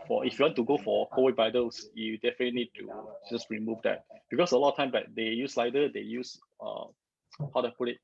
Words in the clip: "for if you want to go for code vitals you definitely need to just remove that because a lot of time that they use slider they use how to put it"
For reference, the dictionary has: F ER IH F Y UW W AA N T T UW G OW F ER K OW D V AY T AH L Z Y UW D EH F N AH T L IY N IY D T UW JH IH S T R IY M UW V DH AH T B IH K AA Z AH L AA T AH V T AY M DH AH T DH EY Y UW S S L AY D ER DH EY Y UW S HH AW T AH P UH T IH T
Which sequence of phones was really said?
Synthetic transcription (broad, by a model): F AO IH F Y UW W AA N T T UW G OW F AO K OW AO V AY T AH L S Y UW D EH F AH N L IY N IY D T UW JH IH S T R IY M UW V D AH T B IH K AA S AH L AA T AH T AY M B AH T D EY Y UW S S L AY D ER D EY Y UW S HH AW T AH P UH T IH T